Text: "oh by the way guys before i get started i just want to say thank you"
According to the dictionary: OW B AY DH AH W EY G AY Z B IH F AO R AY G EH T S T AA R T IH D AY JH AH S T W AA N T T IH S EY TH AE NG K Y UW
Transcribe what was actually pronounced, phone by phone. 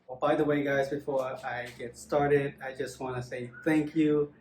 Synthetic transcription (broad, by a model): B AY DH AH W EY G AY Z B IH F AO R AY G EH T S T AA R T IH D AY JH AH S T W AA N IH S EY TH AE NG K Y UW